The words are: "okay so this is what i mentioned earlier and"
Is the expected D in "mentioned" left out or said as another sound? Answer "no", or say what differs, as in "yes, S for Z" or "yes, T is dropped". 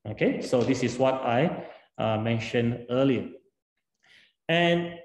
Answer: yes, D is dropped